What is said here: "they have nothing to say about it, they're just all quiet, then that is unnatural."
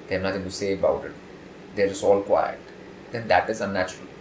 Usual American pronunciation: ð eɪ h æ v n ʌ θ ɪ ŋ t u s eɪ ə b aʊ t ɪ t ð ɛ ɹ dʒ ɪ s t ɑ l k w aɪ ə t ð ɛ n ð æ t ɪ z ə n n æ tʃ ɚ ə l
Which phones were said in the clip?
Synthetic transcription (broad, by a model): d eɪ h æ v n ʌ t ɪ ŋ t u s eɪ ə b aʊ t ɪ t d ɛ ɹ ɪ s ɑ l k w aɪ ə t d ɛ n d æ t ɪ z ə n n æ tʃ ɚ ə l